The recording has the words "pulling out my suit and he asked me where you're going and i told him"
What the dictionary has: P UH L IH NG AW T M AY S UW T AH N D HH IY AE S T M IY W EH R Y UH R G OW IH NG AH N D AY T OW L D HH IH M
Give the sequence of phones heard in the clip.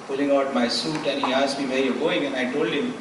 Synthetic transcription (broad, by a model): P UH L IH NG AW T M AY S UW T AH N HH IY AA S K M IY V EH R Y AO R G OW IH NG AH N AY T OW L D HH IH M